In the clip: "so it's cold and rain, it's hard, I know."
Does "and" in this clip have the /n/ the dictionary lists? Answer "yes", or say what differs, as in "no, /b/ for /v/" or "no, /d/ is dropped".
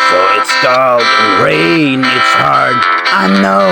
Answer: no, /l/ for /n/